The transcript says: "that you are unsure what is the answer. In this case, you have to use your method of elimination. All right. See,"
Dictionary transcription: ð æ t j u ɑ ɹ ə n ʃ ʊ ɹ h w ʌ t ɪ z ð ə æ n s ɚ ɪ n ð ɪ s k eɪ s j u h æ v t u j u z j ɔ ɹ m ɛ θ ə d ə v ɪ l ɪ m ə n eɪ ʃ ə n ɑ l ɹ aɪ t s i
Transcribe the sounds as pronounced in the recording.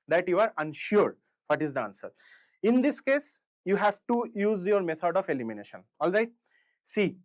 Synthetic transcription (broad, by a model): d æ t j u ɑ ɹ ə n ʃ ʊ ɹ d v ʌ t ɪ z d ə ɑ n s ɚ ɪ n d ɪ s k eɪ s j u h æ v t u j u z j ɔ ɹ m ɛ t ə d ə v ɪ l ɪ m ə n eɪ ʃ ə n ɑ l ɹ aɪ t s i